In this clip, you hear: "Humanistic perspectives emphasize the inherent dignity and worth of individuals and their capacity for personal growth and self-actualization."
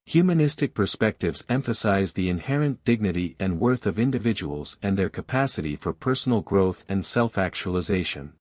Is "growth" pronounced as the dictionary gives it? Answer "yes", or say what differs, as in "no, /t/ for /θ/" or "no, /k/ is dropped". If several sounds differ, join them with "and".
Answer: yes